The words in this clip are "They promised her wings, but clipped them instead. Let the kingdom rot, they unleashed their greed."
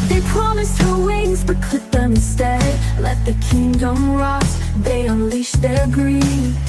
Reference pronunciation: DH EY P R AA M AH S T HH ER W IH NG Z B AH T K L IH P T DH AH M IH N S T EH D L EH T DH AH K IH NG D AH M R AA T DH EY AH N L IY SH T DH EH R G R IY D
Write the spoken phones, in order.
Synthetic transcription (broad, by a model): DH EY P R AA M AH S T HH ER W IH NG Z B AH T K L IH T DH AH M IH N S T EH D L EH T DH AH K IH NG D AH M R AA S DH EY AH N L IY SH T DH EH R G R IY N